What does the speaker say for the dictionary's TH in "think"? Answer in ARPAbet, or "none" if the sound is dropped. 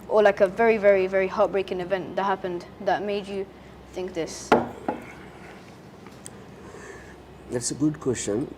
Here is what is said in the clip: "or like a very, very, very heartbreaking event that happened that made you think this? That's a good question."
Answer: TH